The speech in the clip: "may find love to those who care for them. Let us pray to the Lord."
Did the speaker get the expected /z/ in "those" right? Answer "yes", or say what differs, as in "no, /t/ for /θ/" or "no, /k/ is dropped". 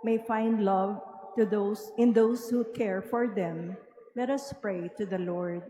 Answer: no, /s/ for /z/